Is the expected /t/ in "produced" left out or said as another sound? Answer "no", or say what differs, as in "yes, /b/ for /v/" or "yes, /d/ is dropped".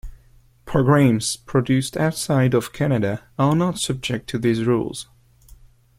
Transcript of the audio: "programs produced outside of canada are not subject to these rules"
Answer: no